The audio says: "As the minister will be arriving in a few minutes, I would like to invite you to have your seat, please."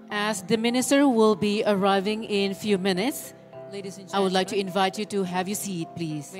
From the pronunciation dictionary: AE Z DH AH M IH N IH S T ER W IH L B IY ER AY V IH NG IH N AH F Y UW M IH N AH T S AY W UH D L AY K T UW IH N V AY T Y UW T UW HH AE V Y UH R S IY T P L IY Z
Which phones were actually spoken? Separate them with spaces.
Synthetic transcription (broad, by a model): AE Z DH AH M IH N IH S T ER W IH L B IY ER AY V IH NG IH N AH F Y UW M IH N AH T S AY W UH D L AY K T UW IH N V AY T Y UW T UW HH AE V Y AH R S IY T P L IY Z